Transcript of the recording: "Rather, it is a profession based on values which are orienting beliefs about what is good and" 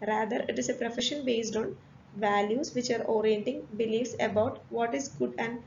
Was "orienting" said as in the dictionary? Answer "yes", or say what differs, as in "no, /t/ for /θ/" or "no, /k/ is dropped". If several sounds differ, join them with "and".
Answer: yes